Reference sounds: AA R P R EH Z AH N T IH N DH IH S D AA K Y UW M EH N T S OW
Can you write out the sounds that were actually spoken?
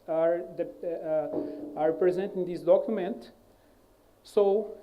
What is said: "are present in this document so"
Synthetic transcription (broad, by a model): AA R P R EH Z AH N T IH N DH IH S D AA K Y UW M EH N T S OW